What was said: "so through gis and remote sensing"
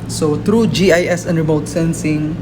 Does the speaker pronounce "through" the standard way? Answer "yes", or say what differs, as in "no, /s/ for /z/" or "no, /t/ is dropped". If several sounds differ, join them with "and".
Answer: no, /t/ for /θ/